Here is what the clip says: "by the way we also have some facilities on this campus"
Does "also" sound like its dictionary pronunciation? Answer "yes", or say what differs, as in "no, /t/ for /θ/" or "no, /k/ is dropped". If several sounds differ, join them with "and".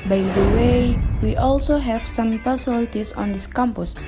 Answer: yes